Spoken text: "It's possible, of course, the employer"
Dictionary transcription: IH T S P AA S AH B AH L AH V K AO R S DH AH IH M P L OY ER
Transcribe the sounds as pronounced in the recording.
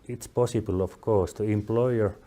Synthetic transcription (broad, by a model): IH T S P AA S AH B AH L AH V K AO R S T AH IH M P L OY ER